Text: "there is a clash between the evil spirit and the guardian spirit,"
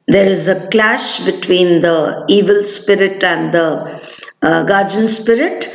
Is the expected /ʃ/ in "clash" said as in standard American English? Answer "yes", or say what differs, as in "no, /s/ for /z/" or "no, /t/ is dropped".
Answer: yes